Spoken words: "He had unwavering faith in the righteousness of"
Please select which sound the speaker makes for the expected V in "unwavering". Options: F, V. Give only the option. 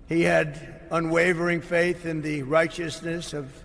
V